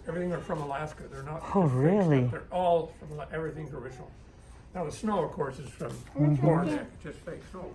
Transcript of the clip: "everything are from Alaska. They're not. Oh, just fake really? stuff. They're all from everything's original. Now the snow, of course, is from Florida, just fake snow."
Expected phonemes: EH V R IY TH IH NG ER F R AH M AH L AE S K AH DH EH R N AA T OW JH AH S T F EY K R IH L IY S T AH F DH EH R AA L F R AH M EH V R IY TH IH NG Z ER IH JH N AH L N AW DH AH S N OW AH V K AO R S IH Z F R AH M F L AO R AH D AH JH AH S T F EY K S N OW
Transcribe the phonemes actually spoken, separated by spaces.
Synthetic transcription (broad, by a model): EH V R IY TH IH NG ER F R AH M AH L AE S K AH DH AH R N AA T OW R IH L IY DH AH R AA L F R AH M EH V R IY TH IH NG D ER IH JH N L N AW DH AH S N OW AH V K AO R S IH Z F R AH M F AO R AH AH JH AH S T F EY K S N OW